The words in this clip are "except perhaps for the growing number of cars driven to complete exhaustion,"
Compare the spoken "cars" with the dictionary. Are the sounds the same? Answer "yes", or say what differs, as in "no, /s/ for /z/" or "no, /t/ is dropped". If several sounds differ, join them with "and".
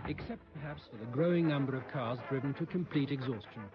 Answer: yes